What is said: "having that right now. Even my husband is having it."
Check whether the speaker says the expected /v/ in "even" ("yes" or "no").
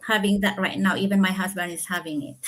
yes